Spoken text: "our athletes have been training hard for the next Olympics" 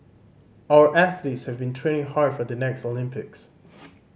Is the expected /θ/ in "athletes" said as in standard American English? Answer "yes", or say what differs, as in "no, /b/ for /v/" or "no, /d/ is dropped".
yes